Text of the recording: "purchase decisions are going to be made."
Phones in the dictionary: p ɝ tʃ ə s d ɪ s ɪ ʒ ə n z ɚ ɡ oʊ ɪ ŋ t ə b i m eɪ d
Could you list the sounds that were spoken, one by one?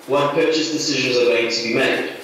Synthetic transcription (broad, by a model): p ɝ tʃ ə s d ɪ s ɪ ʒ ə n z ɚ ɡ oʊ ɪ ŋ t ə b i m eɪ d